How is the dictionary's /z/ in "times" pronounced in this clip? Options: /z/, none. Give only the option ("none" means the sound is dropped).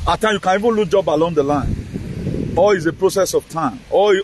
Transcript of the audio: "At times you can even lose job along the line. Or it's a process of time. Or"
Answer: none